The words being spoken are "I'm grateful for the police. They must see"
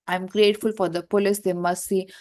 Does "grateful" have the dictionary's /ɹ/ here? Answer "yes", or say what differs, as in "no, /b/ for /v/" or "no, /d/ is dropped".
yes